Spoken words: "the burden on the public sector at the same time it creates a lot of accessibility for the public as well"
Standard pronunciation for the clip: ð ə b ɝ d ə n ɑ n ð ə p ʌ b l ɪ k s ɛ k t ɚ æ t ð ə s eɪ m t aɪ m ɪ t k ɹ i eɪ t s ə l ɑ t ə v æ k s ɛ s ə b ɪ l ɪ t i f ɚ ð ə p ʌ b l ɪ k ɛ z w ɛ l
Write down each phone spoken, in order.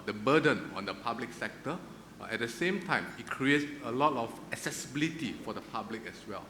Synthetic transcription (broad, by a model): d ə b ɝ d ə n ɑ n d ə p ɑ b l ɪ k s ɛ k t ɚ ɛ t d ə s eɪ m t aɪ m ɪ t k ɹ i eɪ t ə l ɑ t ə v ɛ k s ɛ s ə b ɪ l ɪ t i f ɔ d ə p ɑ b l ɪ k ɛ s w ɛ l